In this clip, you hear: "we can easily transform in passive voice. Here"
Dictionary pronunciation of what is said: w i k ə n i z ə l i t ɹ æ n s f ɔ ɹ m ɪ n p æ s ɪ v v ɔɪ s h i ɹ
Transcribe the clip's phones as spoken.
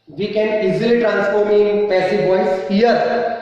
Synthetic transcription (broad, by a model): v i k ə n i z ə l i t ɹ æ n s f ɔ ɹ m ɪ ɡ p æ s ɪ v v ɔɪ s h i ɹ